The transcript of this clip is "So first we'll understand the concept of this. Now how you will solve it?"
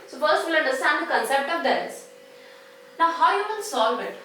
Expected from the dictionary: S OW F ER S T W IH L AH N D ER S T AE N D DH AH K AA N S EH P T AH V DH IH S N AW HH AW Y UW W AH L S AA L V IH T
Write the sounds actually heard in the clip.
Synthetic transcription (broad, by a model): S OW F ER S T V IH L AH N D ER S T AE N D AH K AA N S EH P T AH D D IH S N AW HH AW Y UW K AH N S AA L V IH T